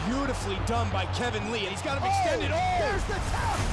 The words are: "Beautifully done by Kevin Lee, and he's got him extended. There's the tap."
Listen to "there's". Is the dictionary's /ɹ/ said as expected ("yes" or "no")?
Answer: no